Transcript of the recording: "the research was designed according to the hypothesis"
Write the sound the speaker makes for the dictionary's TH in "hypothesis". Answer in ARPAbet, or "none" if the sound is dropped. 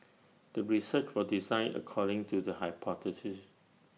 T